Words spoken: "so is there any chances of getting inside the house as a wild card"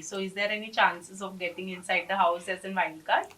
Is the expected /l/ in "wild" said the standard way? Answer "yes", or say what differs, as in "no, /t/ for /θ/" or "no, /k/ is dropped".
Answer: no, /n/ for /l/